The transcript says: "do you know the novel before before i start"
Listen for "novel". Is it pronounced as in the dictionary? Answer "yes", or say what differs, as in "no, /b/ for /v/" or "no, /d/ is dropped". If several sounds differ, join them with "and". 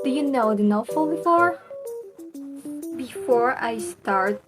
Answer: no, /f/ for /v/